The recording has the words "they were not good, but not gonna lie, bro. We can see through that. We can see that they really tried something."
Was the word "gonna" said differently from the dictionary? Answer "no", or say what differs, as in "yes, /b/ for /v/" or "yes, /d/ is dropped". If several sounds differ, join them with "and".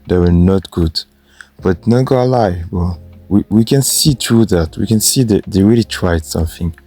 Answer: yes, /n/ is dropped